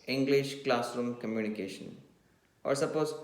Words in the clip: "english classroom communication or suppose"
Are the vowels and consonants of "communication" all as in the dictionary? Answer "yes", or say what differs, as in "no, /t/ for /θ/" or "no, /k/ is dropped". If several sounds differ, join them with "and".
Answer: yes